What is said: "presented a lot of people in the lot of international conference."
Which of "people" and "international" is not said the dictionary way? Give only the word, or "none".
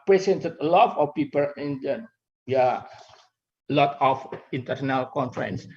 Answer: international